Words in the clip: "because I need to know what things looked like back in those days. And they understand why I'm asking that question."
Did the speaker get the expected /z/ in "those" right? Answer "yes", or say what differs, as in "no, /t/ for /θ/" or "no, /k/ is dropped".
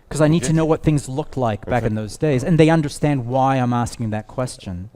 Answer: yes